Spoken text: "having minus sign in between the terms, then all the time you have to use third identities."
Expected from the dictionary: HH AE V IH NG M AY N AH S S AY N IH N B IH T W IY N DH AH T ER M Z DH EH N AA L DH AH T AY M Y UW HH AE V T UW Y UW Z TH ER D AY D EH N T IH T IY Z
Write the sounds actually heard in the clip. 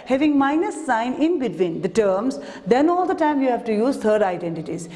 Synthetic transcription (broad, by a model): HH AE V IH NG M AY N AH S S AY N IH N B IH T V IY N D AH T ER M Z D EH N AA L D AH T AY M Y UW HH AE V T UW Y UW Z T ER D AY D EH N T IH T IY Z